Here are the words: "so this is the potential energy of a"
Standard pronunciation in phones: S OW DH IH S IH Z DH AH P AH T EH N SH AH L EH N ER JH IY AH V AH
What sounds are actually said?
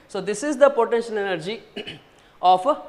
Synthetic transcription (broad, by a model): S OW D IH S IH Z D AH P AH T EH N SH AH L EH N ER JH IY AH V